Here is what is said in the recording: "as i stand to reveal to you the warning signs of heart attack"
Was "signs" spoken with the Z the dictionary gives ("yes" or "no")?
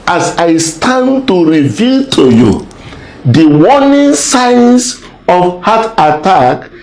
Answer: no